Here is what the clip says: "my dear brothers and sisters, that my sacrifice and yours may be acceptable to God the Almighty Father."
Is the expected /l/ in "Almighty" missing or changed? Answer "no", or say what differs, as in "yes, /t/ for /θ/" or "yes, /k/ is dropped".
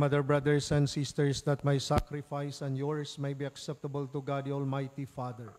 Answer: no